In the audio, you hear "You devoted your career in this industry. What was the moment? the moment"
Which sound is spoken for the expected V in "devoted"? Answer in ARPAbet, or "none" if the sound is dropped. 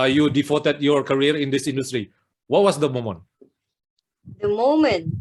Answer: F